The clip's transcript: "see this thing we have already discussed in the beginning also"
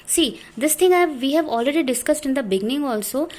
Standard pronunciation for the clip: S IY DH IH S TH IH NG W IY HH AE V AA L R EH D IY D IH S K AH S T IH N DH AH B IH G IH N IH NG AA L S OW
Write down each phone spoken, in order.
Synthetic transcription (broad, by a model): S IY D IH S T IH NG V IY HH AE V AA L R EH D IY D IH S K AH S T IH N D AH B IH G IH N IH NG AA L S OW